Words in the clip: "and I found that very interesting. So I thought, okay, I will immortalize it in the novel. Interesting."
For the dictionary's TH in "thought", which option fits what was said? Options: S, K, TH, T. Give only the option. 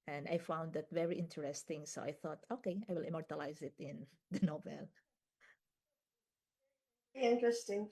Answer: TH